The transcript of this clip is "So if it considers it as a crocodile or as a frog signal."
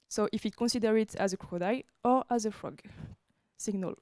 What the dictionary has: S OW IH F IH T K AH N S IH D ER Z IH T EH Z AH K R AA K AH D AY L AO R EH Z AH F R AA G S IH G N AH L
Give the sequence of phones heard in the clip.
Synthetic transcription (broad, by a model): S OW IH F IH T K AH N S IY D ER IH T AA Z AH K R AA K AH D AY AO R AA Z AH F R AA G S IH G N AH L